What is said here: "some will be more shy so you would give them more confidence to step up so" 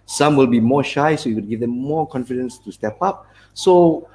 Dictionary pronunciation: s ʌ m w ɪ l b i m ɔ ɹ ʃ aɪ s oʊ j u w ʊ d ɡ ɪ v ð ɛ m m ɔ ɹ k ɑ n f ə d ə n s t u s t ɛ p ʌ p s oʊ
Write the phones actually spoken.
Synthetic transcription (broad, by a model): s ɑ m w ɪ l b i m ɔ ʃ aɪ s oʊ j u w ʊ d ɡ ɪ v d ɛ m m ɔ k ɑ n f ə d ə n s t u s t ɛ p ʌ p s oʊ